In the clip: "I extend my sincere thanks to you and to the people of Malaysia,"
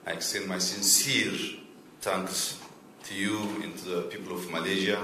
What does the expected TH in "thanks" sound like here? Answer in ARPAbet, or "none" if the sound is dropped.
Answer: T